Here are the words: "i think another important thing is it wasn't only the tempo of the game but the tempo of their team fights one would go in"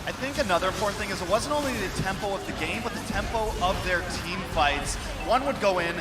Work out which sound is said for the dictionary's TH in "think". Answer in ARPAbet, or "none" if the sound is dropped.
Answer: TH